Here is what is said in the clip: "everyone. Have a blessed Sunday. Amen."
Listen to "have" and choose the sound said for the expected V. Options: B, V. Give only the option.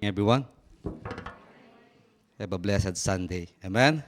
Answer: B